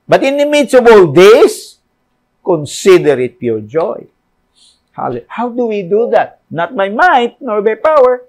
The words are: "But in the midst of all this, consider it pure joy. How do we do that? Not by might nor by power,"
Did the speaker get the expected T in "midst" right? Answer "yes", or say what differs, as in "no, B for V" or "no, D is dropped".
no, T is dropped